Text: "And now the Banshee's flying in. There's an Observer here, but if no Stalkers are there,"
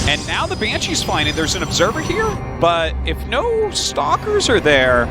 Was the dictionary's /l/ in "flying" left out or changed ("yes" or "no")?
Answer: yes